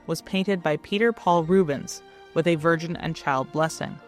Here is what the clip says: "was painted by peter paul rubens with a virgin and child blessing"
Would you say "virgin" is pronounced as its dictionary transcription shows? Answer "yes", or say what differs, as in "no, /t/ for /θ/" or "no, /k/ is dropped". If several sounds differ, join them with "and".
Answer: yes